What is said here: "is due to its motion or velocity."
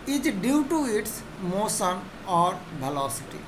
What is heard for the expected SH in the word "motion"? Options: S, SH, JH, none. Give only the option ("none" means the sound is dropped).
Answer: S